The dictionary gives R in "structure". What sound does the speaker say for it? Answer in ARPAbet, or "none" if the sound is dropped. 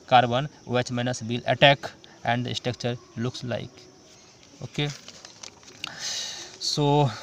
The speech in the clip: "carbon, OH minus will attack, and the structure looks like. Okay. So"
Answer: none